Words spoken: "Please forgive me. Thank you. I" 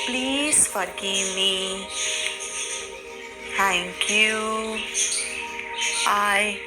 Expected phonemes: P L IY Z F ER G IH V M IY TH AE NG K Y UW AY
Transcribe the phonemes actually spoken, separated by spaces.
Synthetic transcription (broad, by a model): P L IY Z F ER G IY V M IY T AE NG K Y UW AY